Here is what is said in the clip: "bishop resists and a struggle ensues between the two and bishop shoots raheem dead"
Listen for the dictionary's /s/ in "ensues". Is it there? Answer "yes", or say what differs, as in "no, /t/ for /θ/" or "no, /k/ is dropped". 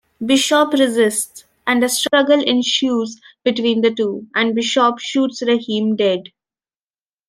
no, /ʃ/ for /s/